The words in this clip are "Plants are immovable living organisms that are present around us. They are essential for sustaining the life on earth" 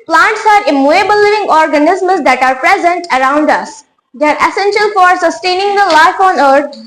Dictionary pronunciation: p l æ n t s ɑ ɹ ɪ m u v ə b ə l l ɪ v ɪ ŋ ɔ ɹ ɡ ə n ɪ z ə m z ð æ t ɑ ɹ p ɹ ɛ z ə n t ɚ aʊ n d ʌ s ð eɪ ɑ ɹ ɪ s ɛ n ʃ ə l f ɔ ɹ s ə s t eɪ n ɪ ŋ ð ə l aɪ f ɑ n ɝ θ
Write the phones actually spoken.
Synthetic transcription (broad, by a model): p l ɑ n t s ɑ ɹ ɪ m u ə b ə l l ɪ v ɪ ŋ ɔ ɹ ɡ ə n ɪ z m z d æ t ɑ ɹ p ɹ ɛ z ə n t ɚ aʊ n d ʌ s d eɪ ɑ ɹ ɪ s ɛ n ʃ ə l f ɔ ɹ s ə s t eɪ n ɪ ŋ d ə l aɪ f ɑ n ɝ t